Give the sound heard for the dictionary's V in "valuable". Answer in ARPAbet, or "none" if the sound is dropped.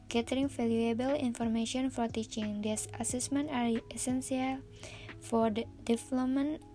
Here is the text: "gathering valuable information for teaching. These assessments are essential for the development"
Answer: F